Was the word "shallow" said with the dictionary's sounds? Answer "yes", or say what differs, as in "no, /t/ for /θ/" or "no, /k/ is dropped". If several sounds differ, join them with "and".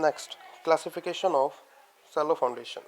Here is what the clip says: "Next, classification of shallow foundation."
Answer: no, /s/ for /ʃ/